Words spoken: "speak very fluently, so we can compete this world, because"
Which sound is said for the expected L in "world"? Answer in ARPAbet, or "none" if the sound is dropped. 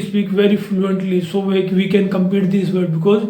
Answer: none